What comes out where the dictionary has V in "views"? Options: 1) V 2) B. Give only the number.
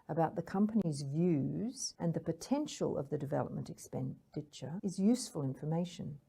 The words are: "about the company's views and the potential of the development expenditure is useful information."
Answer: 1